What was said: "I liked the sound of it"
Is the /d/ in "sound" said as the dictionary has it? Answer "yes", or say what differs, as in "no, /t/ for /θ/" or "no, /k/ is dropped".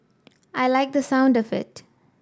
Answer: yes